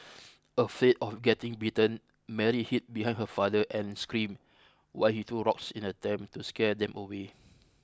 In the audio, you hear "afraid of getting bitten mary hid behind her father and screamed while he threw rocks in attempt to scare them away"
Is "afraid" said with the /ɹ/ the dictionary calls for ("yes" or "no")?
no